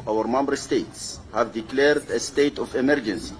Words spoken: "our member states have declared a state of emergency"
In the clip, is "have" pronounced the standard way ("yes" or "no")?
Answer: yes